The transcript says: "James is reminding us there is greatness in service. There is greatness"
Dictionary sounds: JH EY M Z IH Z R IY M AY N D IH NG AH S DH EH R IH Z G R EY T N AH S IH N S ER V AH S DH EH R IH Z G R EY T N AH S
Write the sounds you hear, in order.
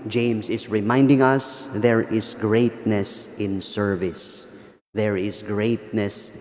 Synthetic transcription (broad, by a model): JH EY M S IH S R IY M AY N D IH NG AH S DH EH R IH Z G R EY T N AH S IH N S ER V AH S DH EH R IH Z G R EY T N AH S